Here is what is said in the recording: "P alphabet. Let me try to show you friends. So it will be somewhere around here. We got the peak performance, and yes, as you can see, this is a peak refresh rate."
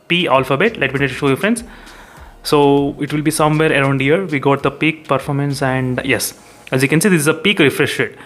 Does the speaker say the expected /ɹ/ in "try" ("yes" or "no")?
no